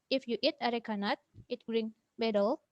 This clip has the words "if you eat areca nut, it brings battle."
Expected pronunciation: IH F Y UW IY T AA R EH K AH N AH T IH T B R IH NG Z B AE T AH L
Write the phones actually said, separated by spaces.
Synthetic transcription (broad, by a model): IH F Y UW IY T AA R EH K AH N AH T IH T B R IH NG B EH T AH L